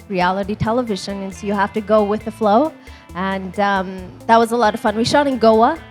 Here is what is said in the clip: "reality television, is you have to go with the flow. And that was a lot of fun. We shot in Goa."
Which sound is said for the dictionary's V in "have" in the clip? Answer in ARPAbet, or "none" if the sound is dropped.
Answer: F